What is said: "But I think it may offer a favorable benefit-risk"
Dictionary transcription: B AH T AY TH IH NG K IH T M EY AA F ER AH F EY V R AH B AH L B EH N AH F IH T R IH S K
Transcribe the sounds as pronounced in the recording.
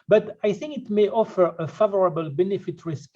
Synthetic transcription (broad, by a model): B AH T AY TH IH NG K IH T M EY AA F ER AH F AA V R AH B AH L B EH N AH F IH T R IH S K